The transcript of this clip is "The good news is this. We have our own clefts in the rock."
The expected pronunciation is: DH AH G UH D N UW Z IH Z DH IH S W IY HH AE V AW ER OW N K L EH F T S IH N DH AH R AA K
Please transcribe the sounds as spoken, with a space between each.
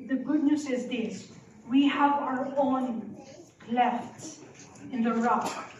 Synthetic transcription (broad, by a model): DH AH G UH D N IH S IH Z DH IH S W IY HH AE V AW ER OW N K L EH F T S IH N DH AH R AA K